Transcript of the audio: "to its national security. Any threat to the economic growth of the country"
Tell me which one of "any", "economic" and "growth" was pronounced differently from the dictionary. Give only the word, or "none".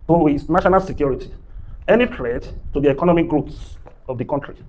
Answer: growth